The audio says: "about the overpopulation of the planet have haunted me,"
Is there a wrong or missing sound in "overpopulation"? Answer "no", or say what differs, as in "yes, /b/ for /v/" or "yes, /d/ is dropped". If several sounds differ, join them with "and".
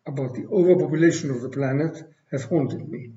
no